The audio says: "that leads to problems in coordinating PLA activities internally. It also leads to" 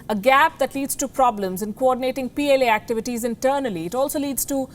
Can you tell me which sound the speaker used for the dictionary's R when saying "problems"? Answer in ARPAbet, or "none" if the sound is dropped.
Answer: R